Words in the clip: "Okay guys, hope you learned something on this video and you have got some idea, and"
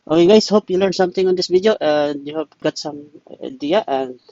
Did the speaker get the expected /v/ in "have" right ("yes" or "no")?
no